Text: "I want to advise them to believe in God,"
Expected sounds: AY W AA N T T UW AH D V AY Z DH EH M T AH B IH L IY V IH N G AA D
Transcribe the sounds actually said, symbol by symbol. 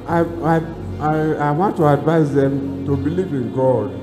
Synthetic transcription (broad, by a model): AY W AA N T T UW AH D V AY S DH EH M T AH B IH L IY V IH N G AA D